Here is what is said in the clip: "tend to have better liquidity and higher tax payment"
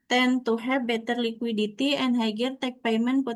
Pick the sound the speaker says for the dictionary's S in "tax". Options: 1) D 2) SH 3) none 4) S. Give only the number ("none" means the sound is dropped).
3